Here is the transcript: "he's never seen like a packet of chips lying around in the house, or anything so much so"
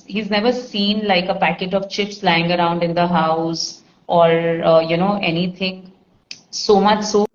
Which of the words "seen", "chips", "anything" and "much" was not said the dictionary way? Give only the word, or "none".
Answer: anything